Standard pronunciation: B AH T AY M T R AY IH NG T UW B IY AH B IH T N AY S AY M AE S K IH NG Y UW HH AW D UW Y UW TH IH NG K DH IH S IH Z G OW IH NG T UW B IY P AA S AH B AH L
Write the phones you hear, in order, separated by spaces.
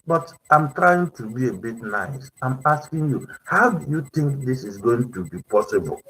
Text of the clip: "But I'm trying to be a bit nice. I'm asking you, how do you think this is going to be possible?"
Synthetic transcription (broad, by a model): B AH T AY M T R AY IH NG T UW B IY AH B IH T N AY S AY M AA S K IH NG Y UW HH AW D UW Y UW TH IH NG K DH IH S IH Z G OW IH NG T UW B IY P AA S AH B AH L